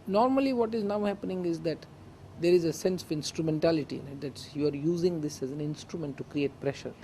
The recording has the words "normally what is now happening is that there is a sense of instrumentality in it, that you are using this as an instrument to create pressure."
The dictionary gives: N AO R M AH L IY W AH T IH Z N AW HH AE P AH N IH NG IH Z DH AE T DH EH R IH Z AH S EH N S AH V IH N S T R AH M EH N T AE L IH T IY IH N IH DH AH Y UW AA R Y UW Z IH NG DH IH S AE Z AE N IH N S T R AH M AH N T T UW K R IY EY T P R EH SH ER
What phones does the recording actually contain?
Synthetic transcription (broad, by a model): N AO R M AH L IY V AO T IH Z N AW HH AE P AH N IH NG IH Z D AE T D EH R IH Z AH S EH N S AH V IH N S T R AH M EH N T AE L IH T IY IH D IH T Y UW AA R Y UW Z IH NG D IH S AE Z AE N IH N S T R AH M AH N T T UW K R IY EY T P R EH SH ER